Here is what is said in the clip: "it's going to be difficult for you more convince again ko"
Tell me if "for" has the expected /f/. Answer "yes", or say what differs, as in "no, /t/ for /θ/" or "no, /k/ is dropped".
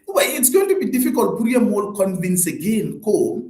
no, /p/ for /f/